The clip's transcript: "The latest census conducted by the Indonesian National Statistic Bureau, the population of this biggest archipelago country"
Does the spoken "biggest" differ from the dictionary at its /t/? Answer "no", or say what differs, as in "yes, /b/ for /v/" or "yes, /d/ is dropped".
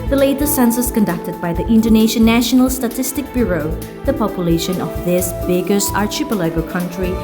yes, /t/ is dropped